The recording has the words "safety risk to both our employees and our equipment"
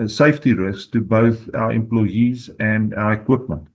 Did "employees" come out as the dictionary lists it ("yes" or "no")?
yes